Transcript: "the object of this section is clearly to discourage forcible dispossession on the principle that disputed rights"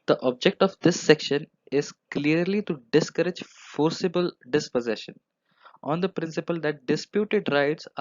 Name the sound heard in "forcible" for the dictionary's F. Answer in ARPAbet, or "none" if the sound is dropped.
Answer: F